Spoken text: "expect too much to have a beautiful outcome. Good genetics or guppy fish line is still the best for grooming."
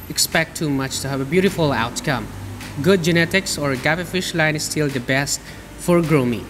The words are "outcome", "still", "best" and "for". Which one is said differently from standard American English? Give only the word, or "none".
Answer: none